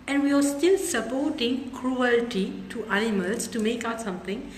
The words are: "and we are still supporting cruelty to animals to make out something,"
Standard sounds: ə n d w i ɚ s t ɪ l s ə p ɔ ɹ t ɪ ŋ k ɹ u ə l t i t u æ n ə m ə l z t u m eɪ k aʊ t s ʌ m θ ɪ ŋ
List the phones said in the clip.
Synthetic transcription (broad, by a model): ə n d w i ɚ s t ɪ l s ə p ɔ t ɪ ŋ k ɹ u ə l t i t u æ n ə m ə l s t u m eɪ k aʊ t s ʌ m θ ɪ ŋ